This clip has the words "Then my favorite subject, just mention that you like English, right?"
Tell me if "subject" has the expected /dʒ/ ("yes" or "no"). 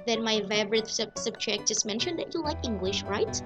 no